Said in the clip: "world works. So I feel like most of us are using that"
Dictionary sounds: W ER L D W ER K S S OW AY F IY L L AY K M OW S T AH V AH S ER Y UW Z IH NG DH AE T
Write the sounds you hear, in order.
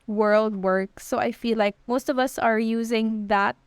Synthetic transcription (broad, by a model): W ER L D W ER K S S OW AY F IY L L AY K M OW S T AH V AH S ER Y UW Z IH NG DH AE T